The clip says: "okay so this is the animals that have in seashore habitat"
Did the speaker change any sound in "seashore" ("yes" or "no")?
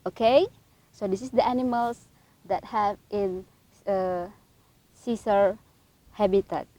yes